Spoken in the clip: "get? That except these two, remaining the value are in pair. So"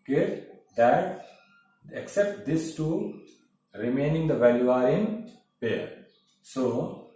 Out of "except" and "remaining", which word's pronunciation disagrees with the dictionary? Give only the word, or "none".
none